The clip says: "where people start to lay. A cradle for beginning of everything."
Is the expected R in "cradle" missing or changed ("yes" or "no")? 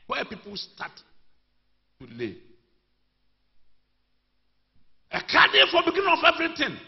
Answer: yes